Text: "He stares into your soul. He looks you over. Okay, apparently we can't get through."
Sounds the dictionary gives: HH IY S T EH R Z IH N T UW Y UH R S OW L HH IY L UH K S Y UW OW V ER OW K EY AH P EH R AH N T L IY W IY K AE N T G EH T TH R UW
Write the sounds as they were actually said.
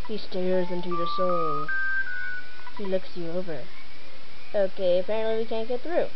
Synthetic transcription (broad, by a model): HH IY S T EH R Z IH N T UW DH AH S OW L HH IY L UH K S Y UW OW V ER OW K EY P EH AH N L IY W IY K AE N G EH T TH R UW